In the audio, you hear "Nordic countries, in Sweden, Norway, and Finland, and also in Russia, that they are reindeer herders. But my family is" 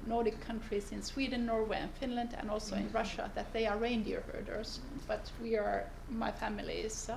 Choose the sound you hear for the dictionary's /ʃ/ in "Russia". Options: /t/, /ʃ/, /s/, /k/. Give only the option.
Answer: /ʃ/